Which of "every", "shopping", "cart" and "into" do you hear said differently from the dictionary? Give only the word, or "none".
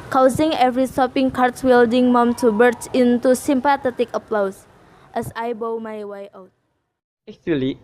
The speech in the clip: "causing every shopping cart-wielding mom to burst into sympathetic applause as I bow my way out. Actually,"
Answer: shopping